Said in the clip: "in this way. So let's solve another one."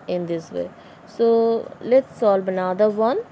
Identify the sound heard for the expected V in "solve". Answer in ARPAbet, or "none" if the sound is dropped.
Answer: B